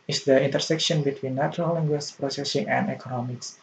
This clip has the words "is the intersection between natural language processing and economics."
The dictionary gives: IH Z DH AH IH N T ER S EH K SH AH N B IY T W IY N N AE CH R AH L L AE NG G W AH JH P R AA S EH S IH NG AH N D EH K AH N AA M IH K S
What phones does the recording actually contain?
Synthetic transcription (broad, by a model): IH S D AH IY N T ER S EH K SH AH N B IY T W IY N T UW R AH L L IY NG G W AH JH P R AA S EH S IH NG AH N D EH K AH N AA M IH K S